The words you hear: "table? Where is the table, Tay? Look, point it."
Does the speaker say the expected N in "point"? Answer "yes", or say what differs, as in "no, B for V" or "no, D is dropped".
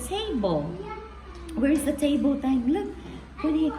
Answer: no, N is dropped